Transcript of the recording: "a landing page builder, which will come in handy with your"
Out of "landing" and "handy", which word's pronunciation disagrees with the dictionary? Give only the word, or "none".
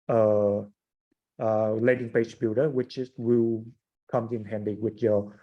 landing